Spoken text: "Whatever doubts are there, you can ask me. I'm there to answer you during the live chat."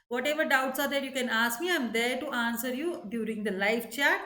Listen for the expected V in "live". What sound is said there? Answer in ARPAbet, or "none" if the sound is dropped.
F